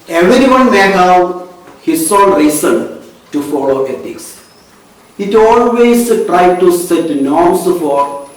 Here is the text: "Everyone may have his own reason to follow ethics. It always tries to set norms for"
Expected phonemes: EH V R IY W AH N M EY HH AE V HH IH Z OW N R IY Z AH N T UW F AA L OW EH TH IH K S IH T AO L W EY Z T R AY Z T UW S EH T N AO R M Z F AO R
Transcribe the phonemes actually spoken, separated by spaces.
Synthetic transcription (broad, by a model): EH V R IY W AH N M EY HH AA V HH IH S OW L R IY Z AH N T UW F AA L OW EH T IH K S IH T AO L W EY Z T R AY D T UW S EH T N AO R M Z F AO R